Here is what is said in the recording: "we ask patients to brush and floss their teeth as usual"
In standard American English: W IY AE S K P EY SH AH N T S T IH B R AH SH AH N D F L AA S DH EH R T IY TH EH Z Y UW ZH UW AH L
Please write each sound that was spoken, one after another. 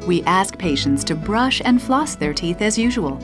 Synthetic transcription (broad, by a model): W IY AE S K P EY SH AH N T S T IH B R AH SH AH N D F L AA S DH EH R T IY TH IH Z Y UW ZH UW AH L